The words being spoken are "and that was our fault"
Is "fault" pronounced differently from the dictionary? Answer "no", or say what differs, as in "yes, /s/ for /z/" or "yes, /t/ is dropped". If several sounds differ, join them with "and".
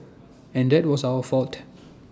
no